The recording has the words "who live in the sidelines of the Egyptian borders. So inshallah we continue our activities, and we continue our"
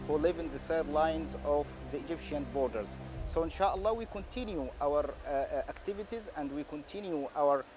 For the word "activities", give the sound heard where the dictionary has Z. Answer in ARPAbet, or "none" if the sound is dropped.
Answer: Z